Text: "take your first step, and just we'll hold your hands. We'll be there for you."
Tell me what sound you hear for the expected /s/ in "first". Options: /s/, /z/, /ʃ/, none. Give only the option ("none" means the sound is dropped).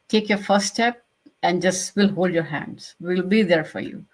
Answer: none